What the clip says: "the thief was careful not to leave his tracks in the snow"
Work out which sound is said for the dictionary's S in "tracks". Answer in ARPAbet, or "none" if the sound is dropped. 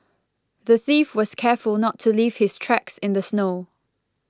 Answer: S